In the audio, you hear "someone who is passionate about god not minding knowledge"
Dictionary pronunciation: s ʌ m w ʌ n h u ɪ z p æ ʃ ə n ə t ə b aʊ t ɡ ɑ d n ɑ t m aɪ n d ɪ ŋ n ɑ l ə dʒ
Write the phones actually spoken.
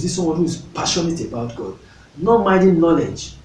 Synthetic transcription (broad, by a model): s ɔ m w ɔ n h u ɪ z p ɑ ʃ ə n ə t ə b aʊ t ɡ ɑ d n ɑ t m aɪ d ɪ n n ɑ l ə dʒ